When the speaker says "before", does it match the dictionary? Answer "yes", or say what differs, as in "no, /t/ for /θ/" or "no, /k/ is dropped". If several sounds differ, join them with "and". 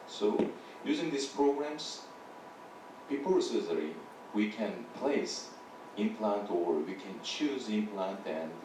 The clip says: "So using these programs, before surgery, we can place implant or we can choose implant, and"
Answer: no, /p/ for /f/